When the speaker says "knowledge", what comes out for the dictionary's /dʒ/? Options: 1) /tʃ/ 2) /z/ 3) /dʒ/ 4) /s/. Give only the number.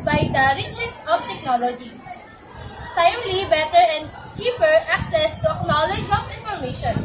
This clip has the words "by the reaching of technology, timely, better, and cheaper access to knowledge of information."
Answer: 3